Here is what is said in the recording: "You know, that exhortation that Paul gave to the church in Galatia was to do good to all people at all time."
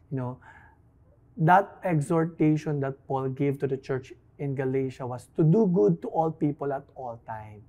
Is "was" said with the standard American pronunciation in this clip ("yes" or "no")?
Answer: no